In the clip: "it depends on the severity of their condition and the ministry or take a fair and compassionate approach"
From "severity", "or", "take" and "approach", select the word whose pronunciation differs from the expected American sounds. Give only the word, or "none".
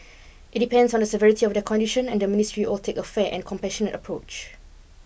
or